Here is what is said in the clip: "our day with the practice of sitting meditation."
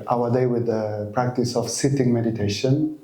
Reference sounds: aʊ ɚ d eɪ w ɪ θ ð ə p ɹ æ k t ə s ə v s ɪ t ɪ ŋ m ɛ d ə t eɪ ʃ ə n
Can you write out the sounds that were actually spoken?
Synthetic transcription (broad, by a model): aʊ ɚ d eɪ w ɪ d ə p ɹ æ k t ə s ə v s ɪ t ɪ ŋ m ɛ d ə t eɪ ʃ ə n